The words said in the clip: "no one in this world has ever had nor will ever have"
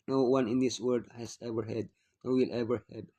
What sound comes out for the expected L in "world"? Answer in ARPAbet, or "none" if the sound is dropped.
none